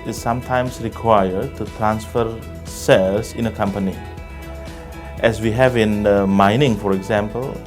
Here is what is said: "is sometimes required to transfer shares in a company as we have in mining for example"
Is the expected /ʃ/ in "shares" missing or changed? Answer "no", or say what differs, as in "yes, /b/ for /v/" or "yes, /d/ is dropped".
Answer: yes, /s/ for /ʃ/